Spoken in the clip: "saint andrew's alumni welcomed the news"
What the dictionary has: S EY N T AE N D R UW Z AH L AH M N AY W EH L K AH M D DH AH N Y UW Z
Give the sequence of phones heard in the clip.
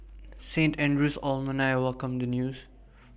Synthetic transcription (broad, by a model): S EY N T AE N D R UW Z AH L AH N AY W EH L K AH M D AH N Y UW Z